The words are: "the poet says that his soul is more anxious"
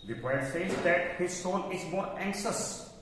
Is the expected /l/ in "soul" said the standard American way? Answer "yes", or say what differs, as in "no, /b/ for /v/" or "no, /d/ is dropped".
no, /n/ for /l/